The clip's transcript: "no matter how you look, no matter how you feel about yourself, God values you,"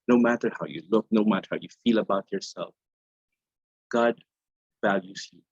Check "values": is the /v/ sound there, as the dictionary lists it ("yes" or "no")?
yes